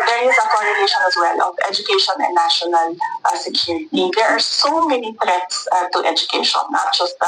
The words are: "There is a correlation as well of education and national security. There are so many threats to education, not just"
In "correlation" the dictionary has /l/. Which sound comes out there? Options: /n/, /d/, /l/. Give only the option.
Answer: /n/